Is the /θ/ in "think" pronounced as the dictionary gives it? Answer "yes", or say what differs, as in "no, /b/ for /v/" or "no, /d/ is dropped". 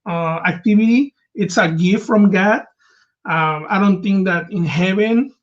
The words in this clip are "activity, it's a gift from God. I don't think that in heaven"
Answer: no, /t/ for /θ/